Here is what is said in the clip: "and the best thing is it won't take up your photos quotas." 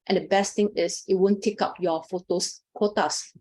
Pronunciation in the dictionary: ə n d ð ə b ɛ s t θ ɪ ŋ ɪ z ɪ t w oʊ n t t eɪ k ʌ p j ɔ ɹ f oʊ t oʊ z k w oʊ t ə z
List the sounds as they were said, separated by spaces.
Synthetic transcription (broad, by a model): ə n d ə b ɛ s t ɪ ŋ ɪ s ɪ t w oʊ n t t eɪ k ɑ p j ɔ f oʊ t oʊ s k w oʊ t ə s